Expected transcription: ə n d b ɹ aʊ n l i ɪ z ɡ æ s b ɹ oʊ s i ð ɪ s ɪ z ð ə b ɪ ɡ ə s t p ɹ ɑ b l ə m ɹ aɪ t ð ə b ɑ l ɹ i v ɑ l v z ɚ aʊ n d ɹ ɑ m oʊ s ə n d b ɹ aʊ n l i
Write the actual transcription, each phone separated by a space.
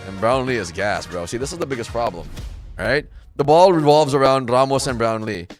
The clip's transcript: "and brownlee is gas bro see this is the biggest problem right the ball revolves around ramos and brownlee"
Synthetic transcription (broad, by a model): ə n b ɹ aʊ n l i ɪ z ɡ æ s b ɹ oʊ s i ð ɪ s ɪ z ð ə b ɪ ɡ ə s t p ɹ ɑ b l ə m ɹ aɪ t ð ə b ɑ l ɹ i v ɑ l v z ɚ aʊ n d ɹ ɑ m oʊ s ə n b ɹ aʊ n l i